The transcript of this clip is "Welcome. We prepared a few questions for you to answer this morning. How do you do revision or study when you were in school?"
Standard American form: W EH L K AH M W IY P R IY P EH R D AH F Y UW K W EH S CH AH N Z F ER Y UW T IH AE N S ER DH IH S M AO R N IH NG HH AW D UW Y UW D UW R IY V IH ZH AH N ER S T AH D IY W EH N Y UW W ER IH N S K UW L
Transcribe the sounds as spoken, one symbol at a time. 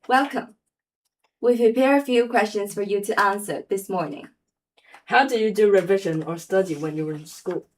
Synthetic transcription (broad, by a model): W EH L K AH M W IY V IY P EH R AH F Y UW K W EH S CH AH N Z F ER Y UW T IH AE N S ER DH IH S M AO R N IH NG HH AW D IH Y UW D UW R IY V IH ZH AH N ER S T AH D IY W EH N Y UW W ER IH N S K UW L